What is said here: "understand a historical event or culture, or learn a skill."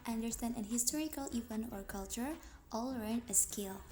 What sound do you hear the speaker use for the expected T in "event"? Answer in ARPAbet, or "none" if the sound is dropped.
none